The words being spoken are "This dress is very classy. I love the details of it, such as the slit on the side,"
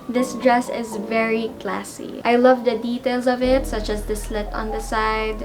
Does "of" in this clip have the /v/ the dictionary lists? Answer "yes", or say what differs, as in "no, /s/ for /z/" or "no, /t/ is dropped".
yes